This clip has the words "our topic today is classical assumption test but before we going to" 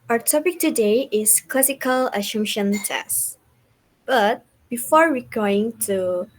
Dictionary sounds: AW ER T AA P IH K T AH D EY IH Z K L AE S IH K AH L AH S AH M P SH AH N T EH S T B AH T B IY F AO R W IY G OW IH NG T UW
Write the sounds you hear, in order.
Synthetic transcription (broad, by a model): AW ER T AA P IH K T AH D EY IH S K L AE S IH K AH L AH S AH M SH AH N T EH S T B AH T B IY F AO R W IY G OW IH NG T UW